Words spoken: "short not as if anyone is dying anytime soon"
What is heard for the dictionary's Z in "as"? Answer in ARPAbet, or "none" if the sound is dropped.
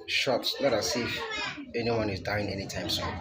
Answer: S